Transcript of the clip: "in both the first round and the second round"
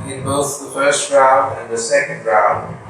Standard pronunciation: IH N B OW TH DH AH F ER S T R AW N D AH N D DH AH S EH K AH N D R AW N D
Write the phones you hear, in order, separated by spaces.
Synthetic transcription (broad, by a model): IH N B OW TH DH AH F ER S T R AW N D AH N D DH AH S EH K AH N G R AW N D